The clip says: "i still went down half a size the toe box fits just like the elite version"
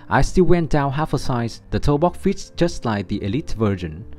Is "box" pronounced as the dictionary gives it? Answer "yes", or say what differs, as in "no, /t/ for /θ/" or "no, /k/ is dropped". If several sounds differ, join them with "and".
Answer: no, /s/ is dropped